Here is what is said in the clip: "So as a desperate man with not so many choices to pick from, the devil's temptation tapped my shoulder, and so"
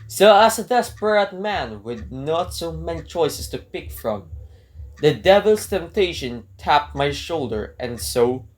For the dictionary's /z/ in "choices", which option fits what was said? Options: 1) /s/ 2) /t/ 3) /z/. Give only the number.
1